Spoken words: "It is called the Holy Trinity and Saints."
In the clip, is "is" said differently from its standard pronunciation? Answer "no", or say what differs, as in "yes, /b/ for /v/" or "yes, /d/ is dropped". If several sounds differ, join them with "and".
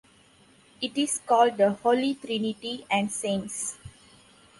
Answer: yes, /s/ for /z/